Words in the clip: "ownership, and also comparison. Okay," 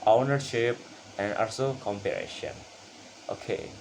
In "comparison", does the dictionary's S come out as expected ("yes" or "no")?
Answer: no